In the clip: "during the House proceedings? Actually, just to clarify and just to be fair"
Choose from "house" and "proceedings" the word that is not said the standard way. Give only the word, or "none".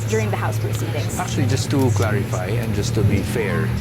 proceedings